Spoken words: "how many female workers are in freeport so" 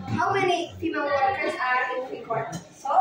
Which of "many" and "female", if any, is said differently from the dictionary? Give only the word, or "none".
female